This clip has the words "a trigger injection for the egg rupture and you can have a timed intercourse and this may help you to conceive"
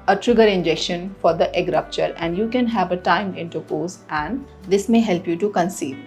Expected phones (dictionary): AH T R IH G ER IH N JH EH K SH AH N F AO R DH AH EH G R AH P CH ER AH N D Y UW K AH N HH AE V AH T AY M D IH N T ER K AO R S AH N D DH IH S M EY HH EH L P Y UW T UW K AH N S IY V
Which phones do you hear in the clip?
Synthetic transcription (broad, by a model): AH T R IH G ER IH N JH EH K SH AH N F AO R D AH EH G R AH P CH ER AH N D Y UW K AH N HH AE V AH T AY M IH N T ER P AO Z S AH N D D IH S M EY HH EH L P Y UW T UW K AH N S IY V